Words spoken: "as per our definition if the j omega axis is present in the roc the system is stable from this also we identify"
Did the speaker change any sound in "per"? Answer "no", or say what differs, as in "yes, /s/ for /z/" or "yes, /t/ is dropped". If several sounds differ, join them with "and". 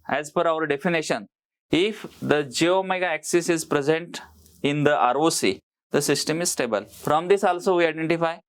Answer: yes, /f/ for /p/